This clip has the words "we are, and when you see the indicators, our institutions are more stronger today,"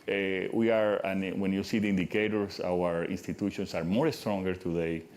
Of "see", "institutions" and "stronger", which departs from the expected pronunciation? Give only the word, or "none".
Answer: institutions